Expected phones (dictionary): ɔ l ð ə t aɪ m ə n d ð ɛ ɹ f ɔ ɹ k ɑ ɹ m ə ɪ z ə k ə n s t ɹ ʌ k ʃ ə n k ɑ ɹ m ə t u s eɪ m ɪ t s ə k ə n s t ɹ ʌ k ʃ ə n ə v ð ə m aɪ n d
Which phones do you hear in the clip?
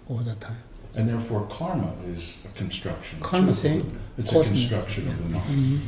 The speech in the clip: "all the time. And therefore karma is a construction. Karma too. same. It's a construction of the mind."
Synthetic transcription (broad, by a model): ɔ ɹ ð ə t aɪ m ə n ð ɛ ɹ f ɔ ɹ k ɑ ɹ m ə ɪ z ə k ə n s t ɹ ʌ k ʃ ə n k ɑ ɹ m ə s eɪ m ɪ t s ə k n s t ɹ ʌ k ʃ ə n ə v ð ə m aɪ